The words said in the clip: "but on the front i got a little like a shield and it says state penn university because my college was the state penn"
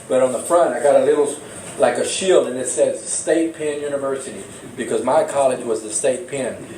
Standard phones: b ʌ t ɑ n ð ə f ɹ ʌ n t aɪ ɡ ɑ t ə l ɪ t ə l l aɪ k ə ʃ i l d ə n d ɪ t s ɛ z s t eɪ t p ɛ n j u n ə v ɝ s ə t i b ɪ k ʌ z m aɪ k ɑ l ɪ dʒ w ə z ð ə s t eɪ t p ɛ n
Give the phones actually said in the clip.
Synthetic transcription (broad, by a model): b ʌ t n ð ə f ɹ ʌ n t aɪ ɡ ɑ t ə l ɪ t l l aɪ k ə ʃ i l d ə n ɪ t s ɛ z s t eɪ t p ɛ n j u n ə v ɝ s ə t i b ɪ k ʌ z m aɪ k ɑ l ɪ dʒ w ə z ð ə s t eɪ t p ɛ n